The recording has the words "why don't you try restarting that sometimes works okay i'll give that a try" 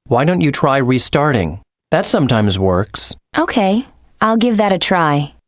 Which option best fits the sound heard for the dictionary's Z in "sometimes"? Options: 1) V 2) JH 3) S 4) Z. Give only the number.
4